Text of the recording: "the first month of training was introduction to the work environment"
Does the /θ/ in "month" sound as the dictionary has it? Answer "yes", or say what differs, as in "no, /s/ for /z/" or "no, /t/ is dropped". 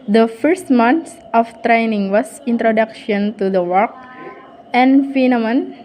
no, /s/ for /θ/